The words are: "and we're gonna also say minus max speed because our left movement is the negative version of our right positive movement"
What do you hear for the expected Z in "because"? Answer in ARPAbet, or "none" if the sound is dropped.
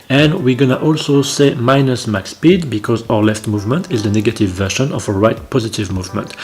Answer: Z